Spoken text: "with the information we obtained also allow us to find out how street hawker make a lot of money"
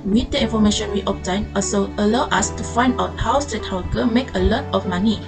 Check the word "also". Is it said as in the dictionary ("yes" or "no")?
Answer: no